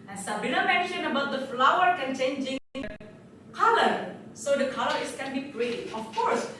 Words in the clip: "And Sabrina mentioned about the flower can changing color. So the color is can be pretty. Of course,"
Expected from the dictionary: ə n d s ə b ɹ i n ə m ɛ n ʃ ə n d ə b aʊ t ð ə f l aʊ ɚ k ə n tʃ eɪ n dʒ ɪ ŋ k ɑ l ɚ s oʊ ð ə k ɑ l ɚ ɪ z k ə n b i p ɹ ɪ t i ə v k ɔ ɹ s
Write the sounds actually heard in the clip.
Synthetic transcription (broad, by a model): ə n s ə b i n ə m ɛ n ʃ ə n ə b aʊ t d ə f l aʊ ɚ k ə n tʃ eɪ n dʒ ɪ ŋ k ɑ l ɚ s oʊ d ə k ɑ l ɚ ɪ s k ə n b i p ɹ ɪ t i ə f k ɔ ɹ s